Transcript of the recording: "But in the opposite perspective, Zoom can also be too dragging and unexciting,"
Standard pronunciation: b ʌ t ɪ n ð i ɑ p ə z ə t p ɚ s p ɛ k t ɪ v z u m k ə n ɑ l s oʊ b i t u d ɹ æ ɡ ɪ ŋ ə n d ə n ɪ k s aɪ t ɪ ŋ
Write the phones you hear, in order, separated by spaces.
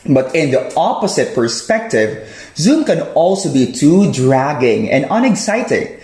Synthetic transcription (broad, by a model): b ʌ t ɪ n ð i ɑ p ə s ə t p ɚ s p ɛ k t ɪ v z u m k ə n ɑ l s oʊ b i t u d ɹ æ ɡ ɪ ŋ ə n d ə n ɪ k s aɪ t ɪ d